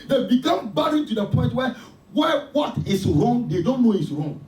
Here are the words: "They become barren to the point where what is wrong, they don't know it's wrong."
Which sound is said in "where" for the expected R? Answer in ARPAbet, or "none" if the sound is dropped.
W